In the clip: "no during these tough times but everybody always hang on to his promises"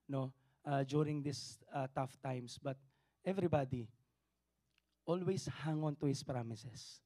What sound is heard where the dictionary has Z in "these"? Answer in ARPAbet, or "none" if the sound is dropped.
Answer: S